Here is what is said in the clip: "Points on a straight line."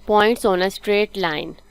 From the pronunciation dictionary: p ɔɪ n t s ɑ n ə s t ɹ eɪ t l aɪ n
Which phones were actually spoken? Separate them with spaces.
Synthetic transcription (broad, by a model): p ɔɪ n t s ɑ n ə s t ɹ eɪ t l aɪ n